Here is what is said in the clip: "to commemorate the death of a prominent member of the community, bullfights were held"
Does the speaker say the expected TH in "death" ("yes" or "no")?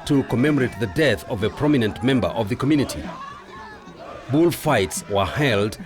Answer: yes